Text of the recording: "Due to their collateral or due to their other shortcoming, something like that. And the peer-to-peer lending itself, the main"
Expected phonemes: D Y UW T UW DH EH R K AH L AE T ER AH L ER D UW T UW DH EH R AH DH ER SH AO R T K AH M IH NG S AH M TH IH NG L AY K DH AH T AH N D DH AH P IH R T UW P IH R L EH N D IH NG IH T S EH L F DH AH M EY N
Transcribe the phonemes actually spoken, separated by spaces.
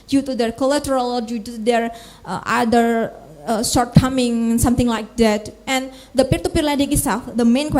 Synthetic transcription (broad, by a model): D Y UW T UW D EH R K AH L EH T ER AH L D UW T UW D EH R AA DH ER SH AO R T K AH M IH NG S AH M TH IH NG L AY K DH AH T AH N D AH P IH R T UW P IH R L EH D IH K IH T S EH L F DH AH M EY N